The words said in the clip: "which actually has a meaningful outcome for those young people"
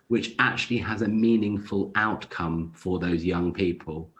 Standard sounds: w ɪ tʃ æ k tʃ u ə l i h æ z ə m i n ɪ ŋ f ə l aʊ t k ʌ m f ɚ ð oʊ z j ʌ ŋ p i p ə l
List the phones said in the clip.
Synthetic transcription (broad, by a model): w ɪ tʃ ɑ k tʃ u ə l i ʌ z ə m i n ɪ ŋ f ə l aʊ t k ʌ m f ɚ ð oʊ z j ʌ ŋ p i p ə l